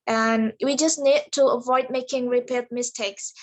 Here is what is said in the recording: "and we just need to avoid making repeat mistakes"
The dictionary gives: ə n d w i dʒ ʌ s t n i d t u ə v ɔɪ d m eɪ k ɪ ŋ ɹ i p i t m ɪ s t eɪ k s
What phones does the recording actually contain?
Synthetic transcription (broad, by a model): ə n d w i dʒ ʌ s n i d t u ə v ɔɪ d m eɪ k ɪ ŋ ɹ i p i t m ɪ s t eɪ k s